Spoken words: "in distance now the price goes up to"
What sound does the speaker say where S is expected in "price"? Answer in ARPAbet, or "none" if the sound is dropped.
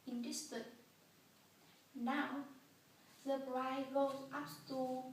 none